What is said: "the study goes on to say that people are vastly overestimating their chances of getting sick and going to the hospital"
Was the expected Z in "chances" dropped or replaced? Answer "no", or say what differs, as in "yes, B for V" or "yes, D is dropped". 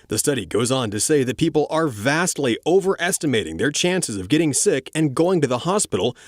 no